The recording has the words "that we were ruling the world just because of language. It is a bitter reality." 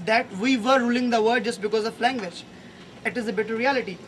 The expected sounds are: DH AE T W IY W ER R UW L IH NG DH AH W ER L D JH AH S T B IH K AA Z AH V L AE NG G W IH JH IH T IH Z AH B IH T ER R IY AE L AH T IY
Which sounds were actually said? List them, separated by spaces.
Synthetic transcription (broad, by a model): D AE T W IY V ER R UW L IH NG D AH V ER D JH AH S T B IH K AA Z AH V L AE NG G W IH JH IH T IH Z AH B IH T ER R IY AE L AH T IY